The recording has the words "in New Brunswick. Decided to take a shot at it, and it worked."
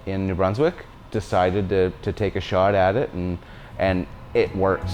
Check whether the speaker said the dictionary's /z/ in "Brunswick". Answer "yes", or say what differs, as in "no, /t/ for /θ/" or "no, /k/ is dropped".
yes